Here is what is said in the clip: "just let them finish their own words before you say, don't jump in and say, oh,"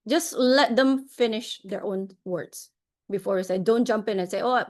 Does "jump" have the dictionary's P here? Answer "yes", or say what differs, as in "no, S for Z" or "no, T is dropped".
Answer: yes